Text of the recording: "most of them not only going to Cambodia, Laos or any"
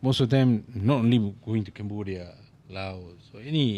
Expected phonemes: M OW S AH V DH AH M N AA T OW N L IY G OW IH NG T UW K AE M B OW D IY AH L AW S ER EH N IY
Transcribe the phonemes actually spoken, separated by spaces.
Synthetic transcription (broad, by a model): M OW S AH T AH M N AA T OW N L IY G OW IH NG T UW K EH M B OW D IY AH L AW S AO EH N IY